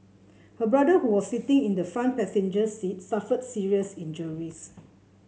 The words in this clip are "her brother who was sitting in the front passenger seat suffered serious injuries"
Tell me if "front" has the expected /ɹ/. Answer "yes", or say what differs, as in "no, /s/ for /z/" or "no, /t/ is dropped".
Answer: no, /ɹ/ is dropped